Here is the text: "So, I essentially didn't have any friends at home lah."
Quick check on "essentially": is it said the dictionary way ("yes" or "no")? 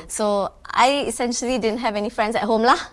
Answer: yes